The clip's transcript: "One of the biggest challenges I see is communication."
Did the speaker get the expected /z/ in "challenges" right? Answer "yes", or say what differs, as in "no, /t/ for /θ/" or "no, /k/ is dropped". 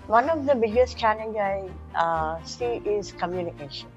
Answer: no, /z/ is dropped